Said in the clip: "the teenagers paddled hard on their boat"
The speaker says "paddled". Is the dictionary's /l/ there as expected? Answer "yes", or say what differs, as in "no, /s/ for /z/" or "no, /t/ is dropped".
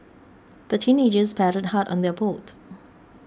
no, /l/ is dropped